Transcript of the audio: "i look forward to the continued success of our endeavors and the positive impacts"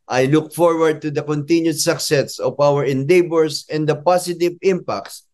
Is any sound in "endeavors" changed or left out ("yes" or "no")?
yes